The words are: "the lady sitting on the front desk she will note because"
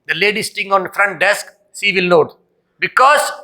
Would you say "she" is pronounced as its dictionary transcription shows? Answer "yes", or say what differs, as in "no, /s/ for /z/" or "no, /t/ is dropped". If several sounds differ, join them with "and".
no, /s/ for /ʃ/